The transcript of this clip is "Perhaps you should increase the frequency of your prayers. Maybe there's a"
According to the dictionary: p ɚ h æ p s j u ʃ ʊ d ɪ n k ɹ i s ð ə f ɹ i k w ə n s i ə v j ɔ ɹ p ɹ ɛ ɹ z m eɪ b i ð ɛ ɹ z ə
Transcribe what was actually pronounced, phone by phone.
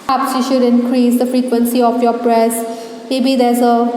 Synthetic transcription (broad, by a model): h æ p s j u ʃ ʊ d ɪ n k ɹ i s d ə f ɹ i k w ə n s i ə f j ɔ p ɹ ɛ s m eɪ b i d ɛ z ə